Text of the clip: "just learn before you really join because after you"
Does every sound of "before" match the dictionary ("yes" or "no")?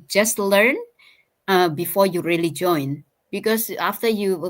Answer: yes